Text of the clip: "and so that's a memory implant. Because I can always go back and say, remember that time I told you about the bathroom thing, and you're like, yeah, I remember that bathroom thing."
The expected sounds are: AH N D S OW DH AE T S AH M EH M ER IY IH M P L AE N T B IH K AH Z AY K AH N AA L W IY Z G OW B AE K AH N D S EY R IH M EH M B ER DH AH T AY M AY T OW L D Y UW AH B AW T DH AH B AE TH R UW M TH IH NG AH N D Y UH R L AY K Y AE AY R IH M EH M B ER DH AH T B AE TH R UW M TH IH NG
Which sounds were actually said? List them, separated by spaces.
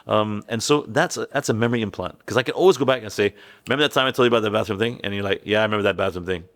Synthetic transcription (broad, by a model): AH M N S OW DH AE T S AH M EH M ER IY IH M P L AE N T K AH Z AY K AH N AA L W IY Z G OW B AE K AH N S EY IH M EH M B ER DH AH T AY M AY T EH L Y AH B AW T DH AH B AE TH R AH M TH IH NG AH N Y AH R L AY K Y AE AY R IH M EH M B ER DH AH T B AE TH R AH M TH IH NG